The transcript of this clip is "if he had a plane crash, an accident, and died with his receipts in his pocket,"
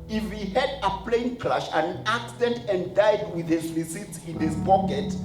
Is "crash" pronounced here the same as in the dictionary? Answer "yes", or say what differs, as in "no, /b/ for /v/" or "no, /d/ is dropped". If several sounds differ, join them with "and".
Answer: no, /l/ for /ɹ/